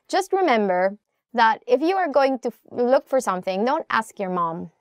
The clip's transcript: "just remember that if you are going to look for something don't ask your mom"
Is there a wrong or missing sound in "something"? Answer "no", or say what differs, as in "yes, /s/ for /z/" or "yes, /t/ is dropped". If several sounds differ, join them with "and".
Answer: no